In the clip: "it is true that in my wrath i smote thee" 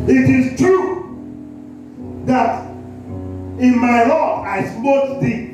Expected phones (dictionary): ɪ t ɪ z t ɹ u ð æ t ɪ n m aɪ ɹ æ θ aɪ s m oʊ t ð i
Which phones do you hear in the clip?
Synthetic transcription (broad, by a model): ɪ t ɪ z t ɹ u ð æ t ɪ n m aɪ l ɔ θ aɪ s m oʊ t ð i